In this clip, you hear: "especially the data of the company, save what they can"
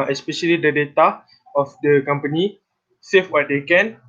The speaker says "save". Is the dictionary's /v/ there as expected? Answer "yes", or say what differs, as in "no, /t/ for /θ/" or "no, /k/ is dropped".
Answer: no, /f/ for /v/